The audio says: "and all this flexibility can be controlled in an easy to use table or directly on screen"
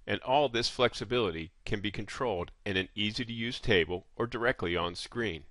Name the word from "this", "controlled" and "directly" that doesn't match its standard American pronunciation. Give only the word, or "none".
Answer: none